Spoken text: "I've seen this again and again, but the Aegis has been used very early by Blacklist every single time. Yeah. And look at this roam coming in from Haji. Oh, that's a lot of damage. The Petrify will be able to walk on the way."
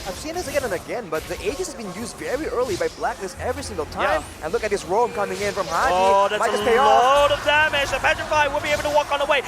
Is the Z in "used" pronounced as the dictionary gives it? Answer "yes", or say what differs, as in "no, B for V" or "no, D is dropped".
yes